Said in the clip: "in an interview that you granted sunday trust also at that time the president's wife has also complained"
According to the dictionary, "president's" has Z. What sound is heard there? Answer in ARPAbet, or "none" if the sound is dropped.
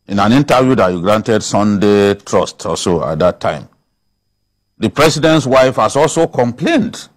S